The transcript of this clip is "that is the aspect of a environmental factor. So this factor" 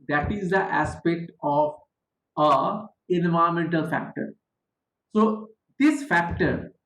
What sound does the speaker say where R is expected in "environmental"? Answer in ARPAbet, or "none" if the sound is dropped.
none